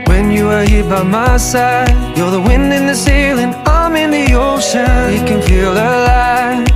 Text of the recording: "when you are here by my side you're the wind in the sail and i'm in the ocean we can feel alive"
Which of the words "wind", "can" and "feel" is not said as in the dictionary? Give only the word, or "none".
none